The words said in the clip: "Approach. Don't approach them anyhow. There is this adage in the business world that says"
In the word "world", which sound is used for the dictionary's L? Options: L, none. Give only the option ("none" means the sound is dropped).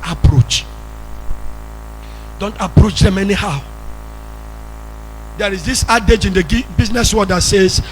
none